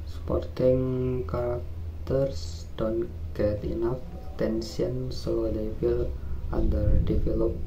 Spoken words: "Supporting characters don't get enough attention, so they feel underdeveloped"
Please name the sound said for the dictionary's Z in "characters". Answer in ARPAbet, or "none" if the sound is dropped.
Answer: S